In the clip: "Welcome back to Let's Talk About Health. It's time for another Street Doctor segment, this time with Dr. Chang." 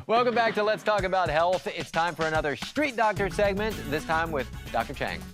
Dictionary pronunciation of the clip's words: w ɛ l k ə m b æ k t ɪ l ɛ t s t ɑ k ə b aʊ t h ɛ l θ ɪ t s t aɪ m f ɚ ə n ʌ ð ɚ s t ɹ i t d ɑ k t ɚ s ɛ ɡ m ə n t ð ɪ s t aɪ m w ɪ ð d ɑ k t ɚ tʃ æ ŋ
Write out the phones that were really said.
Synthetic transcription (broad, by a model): w ɛ l k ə m b æ k t ɪ l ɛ t s t ɑ k ə b aʊ t h ɛ l θ ɪ t s t aɪ m f ɚ ə n ʌ ð ɚ s t ɹ i t d ɑ k t ɚ s ɛ ɡ m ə n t ð ɪ s t aɪ m w ɪ ð d ɑ k t ɚ tʃ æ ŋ